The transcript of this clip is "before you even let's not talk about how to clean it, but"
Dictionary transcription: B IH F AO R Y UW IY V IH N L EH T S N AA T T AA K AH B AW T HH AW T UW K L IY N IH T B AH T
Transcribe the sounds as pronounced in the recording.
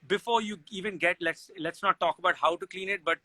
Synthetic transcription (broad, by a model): B IH F AO R Y UW IY V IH N L EH T S L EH T T AA K AH B AW T HH AW T UW K L IY N IH T B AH T